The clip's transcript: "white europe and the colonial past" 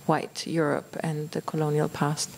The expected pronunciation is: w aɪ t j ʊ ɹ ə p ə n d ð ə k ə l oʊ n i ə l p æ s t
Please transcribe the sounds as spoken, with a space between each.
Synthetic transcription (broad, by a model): w aɪ t j ʊ ɹ ə p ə n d ð ə k ə l oʊ n i ə l p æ s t